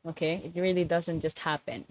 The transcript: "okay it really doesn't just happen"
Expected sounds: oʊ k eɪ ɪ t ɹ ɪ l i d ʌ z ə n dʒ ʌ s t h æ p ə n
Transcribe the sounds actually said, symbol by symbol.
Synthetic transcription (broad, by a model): oʊ k eɪ ɪ t ɹ ɪ l i d ʌ z ə n dʒ ʌ s t h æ p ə n